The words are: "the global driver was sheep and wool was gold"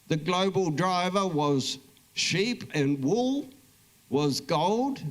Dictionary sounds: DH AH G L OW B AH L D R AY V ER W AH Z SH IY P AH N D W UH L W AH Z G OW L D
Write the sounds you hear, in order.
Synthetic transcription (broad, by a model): DH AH G L OW B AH L D R AY V ER W AH Z SH IY P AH N W UH L W AH Z G OW L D